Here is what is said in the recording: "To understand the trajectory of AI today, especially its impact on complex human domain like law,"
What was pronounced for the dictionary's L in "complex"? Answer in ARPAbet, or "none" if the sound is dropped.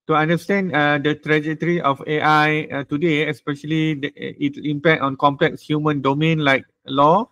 L